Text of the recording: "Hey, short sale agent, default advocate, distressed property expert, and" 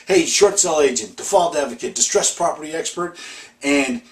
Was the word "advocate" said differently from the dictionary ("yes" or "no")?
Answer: no